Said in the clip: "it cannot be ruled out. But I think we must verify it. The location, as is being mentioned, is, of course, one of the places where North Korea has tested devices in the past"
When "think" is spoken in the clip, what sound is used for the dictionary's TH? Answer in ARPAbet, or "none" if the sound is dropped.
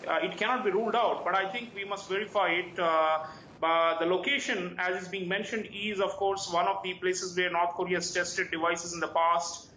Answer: T